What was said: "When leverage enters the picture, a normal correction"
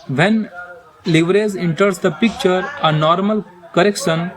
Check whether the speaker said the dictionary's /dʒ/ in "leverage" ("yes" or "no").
no